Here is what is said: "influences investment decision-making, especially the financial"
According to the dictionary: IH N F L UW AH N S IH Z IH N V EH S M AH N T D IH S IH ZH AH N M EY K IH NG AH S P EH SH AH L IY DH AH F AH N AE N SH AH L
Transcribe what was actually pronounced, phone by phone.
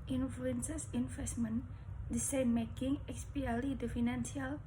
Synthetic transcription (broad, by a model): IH N F L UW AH N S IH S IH N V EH S M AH N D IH S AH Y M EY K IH NG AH S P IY AH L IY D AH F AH N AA N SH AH L